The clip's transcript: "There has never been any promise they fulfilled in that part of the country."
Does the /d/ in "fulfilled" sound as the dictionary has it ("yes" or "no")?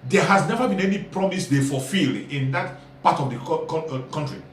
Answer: no